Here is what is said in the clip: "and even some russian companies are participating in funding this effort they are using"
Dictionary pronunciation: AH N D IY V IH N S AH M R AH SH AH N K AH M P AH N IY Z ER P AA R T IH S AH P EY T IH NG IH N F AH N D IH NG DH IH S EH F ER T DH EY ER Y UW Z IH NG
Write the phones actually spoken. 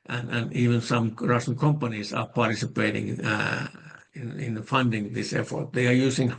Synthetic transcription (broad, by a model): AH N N IY V IH N S AH M R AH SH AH N K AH M P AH N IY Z ER P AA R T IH S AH P EY T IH NG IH N F AH N D IH NG DH IH S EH F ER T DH EY ER Y UW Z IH NG